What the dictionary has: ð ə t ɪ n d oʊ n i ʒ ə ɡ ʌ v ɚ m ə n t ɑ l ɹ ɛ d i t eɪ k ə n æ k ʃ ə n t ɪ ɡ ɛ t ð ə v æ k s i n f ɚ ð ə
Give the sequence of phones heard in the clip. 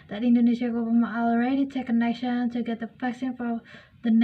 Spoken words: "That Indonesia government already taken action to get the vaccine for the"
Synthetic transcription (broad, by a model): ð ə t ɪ n d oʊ n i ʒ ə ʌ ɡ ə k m ɑ l ɹ ɛ d i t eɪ k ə n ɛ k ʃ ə n t ɪ ɡ ɛ t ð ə p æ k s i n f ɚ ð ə